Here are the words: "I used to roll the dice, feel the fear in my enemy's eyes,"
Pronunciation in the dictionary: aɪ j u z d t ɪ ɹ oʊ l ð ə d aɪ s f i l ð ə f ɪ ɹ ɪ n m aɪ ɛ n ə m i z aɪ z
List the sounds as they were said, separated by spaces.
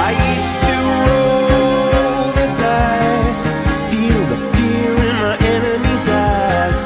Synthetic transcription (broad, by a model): aɪ j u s t ɪ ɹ oʊ l ð ə d aɪ s f i l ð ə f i l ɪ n m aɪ ɛ n ə m i z aɪ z